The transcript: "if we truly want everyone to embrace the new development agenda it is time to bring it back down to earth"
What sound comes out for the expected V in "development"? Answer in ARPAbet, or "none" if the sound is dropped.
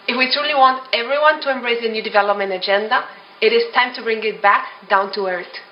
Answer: V